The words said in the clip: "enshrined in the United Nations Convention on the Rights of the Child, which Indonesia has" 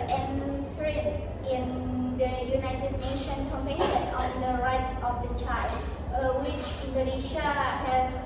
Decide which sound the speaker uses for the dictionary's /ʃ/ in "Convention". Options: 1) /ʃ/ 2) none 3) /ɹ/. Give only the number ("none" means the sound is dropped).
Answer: 2